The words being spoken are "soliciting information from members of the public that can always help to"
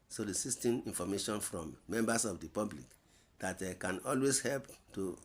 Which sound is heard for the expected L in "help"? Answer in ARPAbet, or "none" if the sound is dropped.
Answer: L